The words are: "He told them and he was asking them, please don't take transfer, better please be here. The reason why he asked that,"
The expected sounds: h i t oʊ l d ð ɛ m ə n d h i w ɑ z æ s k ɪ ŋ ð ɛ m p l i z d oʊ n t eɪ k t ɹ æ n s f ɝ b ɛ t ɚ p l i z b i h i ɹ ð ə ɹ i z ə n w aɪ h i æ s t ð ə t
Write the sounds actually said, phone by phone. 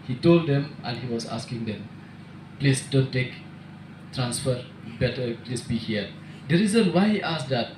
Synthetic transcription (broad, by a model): h i t oʊ l d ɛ m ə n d h i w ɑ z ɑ s k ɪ ŋ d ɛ m p l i s d oʊ n t eɪ k t ɹ æ n s f ɝ b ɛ t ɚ p l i s b i h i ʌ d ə ɹ i z ə n w aɪ h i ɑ s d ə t